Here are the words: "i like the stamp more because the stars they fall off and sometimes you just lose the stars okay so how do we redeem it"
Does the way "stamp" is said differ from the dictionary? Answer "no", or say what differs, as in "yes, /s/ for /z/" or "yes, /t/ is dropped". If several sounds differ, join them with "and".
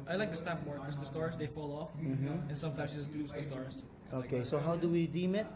yes, /m/ is dropped